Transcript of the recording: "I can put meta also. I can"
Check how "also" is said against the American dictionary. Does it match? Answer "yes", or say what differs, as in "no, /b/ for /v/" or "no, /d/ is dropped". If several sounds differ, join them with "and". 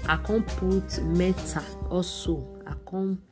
no, /l/ is dropped